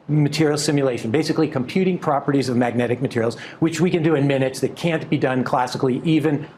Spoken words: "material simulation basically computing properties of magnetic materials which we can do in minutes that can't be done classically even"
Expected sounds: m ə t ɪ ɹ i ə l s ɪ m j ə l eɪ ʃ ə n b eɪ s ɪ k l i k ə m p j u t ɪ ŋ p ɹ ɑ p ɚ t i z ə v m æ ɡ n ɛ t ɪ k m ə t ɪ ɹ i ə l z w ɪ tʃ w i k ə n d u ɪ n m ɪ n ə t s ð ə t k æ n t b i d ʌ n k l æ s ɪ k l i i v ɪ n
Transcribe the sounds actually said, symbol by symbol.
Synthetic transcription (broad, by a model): m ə t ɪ ɹ i l s ɪ m j ə l eɪ ʃ ə n b eɪ s ɪ k l i k ə m p j u t ɪ ŋ p ɹ ɑ p ɚ t i z ə v m æ ɡ n ɛ t ɪ k m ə t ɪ ɹ i l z w ɪ tʃ w i k ə n d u ɪ n m ɪ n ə t s ð ə t k æ n b i d ʌ n k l æ s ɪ k l i i v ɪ n